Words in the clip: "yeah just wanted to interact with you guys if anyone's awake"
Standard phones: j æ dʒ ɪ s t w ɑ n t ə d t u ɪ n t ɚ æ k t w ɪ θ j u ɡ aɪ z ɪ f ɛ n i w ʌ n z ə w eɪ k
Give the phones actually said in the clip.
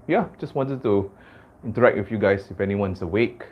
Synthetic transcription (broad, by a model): j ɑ dʒ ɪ s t w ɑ n t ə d t u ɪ n t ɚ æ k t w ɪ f j u ɡ aɪ s ɪ f ɛ n i w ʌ n s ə w eɪ k